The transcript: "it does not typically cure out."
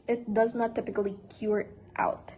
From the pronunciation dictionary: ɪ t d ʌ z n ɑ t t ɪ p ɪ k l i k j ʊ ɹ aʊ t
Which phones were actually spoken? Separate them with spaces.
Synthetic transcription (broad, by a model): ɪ t d ʌ z n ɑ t t ɪ p ɪ k l i k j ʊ ɹ aʊ t